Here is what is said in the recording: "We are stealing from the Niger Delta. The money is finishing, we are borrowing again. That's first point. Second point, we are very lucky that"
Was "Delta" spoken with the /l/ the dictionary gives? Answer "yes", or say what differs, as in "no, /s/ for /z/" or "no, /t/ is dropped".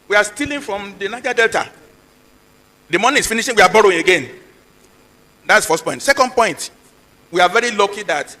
yes